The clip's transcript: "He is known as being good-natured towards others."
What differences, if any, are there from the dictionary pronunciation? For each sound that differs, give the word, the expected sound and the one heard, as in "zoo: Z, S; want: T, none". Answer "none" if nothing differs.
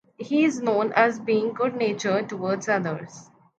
none